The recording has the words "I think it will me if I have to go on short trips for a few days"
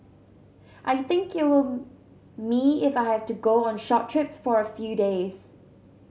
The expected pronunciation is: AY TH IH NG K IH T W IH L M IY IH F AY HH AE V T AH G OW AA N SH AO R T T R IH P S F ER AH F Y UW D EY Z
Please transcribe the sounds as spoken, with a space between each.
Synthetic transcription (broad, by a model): AY TH IH NG K IH T W IH L M IY IH F AY HH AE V T AH G OW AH N SH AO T T R IH P S F ER AH F Y UW D EY Z